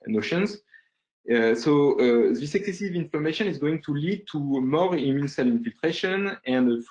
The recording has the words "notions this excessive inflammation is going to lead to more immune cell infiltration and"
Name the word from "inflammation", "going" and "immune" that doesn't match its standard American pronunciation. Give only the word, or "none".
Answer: inflammation